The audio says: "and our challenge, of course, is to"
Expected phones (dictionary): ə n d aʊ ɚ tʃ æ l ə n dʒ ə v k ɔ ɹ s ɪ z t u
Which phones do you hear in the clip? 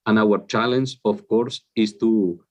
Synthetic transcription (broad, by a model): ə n aʊ ɚ tʃ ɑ l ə n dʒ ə f k ɔ ɹ s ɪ s t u